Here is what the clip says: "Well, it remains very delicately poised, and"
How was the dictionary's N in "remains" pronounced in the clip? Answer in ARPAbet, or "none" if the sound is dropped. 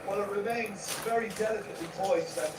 N